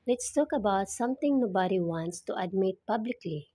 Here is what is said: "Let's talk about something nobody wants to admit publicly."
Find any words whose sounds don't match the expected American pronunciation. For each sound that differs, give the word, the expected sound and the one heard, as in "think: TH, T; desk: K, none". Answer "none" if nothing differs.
something: TH, T